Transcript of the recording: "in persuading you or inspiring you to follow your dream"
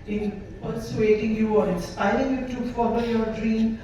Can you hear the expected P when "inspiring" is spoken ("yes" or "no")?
no